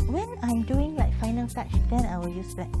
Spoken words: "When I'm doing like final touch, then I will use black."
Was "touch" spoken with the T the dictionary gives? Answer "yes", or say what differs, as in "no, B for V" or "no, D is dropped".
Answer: no, S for T